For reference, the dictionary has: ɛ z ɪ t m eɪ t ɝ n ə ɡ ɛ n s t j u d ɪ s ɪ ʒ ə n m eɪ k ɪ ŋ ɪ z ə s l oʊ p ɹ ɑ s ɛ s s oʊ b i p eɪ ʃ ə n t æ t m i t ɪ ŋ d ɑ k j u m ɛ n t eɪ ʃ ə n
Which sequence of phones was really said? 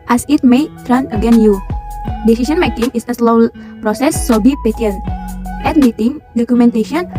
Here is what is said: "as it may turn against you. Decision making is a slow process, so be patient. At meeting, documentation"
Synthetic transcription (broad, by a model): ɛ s ɪ t m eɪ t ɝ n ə ɡ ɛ n j u d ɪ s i s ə n m eɪ k ɪ ŋ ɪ s ə s l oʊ p ɹ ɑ s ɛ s s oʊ b i p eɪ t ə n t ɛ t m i t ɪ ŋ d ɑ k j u m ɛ n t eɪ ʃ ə n